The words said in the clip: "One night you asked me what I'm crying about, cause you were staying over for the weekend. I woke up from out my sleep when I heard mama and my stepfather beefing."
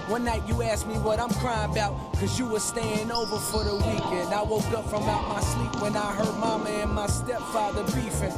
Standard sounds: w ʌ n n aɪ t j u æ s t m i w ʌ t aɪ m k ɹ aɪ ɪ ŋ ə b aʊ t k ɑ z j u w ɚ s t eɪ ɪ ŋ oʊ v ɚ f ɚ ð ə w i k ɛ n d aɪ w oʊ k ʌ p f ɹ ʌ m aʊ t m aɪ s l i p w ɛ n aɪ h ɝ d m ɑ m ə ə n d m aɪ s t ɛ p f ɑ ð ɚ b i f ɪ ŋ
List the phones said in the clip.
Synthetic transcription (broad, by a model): w ʌ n n aɪ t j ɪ æ s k m i w ʌ t aɪ m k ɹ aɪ ɪ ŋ ə b aʊ t k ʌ z j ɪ w ɚ s t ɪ ɪ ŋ oʊ v ɚ f ɚ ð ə w i k ɛ n d aɪ w oʊ k ʌ p f ɹ ʌ m aʊ t m aɪ s i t w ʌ n aɪ h ɝ d m ɑ m ə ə n m aɪ s t ɛ p f ɑ ð ɚ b i f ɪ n